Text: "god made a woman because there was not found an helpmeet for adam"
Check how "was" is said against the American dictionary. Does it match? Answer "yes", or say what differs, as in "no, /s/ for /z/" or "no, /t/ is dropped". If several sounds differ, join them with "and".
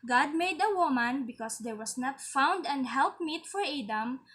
no, /s/ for /z/